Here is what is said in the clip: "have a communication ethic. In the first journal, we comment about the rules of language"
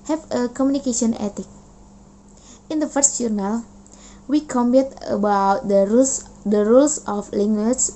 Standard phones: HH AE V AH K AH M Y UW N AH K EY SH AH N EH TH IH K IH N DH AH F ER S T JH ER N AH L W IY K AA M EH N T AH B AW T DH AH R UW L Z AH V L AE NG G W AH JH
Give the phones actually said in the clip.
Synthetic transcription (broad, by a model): HH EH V AH K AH M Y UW N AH K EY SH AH N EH T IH K IH N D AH F ER S T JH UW N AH L W IY K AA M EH T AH B AW T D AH R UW L S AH F L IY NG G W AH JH